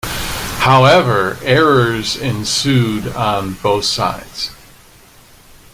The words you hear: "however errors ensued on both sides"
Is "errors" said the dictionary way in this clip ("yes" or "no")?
yes